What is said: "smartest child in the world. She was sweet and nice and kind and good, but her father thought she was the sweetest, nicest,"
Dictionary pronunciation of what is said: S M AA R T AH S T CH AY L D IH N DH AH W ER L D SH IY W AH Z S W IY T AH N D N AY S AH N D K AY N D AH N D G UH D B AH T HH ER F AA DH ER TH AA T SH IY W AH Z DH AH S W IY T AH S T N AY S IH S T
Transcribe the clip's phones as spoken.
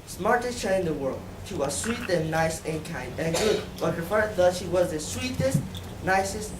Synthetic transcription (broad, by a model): S M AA R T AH S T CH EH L IH N DH AH W ER L D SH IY W AH Z S W IY T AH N N AY S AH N K AY N D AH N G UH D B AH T HH ER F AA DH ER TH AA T SH IY W AH Z DH AH S W IY T AH S T N AY S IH S T